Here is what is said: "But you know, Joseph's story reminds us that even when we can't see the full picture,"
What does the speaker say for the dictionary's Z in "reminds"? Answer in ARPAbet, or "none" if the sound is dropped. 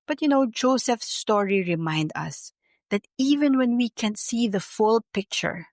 none